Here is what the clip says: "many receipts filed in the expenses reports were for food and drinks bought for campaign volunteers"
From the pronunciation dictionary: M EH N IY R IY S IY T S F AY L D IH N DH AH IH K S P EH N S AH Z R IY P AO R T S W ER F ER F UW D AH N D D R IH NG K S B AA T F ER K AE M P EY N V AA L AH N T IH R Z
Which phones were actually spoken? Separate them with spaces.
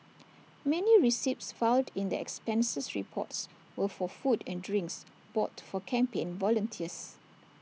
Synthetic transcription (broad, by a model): M EH N IY R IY S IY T S F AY N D IH N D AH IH K S P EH N S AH S R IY P AO T S W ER F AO F UW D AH N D D R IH NG K S B AA T F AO K AE M P EY N V AA L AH N T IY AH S